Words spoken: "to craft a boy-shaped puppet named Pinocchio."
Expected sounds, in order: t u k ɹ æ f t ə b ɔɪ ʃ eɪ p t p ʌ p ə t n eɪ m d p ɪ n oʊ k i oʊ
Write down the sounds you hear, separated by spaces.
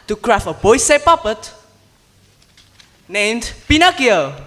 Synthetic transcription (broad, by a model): t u k ɹ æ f ə b ɔɪ s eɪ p p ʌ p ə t n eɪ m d p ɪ n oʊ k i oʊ